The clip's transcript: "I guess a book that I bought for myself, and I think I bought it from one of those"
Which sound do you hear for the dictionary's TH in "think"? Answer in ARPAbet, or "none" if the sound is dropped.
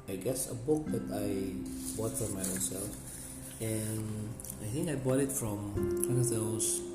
TH